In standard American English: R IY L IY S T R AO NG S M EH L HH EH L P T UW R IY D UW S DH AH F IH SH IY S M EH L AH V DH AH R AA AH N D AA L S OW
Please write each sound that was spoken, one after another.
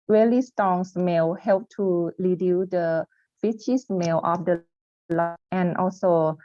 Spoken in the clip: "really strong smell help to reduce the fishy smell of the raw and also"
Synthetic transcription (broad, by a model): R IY L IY S T AO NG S M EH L HH EH L P T UW L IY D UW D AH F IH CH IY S M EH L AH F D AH L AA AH N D AA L S OW